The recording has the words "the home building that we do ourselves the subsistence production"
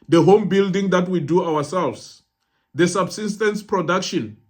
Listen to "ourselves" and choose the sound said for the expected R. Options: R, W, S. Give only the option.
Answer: W